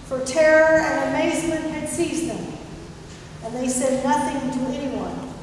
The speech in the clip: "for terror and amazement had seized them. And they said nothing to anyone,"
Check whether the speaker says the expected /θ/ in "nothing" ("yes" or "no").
yes